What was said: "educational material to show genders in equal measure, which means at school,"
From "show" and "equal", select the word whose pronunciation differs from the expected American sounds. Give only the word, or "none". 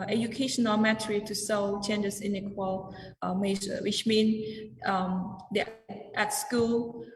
show